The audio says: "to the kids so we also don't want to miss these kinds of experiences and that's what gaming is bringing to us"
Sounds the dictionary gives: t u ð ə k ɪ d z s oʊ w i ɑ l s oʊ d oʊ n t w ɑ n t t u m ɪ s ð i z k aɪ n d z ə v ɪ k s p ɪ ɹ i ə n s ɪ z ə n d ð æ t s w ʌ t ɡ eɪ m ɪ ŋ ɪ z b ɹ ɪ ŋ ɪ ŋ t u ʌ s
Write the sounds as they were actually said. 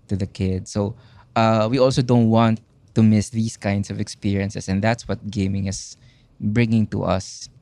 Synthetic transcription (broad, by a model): t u ð ə k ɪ d s oʊ w i ɑ l s oʊ d oʊ n t w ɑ n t t u m ɪ s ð i s k aɪ n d s ə v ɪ k s p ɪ ɹ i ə n s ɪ s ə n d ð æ t s w ʌ t ɡ eɪ m ɪ ŋ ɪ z b ɹ ɪ ŋ ɪ ŋ t u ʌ s